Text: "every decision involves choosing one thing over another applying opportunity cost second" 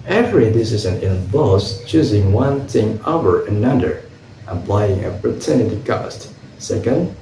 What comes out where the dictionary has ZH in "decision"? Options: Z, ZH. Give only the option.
Z